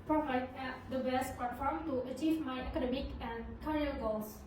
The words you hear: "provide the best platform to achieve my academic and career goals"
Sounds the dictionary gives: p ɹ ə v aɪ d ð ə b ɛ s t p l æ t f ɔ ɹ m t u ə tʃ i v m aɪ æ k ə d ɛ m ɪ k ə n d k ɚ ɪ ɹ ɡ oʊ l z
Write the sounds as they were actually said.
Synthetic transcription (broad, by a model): p ɹ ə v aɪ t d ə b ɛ s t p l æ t f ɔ ɹ m t u ə tʃ i v m aɪ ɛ k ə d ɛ m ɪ k ə n d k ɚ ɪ l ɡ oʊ l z